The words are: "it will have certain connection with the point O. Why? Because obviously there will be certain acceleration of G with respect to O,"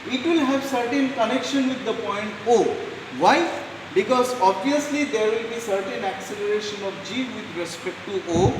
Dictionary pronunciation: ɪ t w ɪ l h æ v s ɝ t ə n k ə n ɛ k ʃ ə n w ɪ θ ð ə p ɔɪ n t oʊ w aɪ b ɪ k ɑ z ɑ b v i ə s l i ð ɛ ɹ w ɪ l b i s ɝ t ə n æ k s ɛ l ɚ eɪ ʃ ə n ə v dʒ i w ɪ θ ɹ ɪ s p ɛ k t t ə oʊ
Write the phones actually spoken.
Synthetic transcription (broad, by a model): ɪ t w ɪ l h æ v s ɝ t ə n k ə n ɛ k ʃ ə n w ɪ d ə p ɔɪ n t oʊ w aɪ b ɪ k ɑ z ɑ b v i ə s l i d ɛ ɹ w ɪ l b i s ɝ t ə n æ k s ɛ l ɚ eɪ ʃ ə n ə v dʒ i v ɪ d ɹ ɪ s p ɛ k t t oʊ